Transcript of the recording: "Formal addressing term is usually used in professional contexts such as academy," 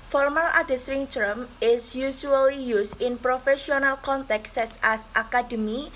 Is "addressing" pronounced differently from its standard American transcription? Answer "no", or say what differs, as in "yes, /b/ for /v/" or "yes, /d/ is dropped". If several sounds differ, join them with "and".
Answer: yes, /ɹ/ is dropped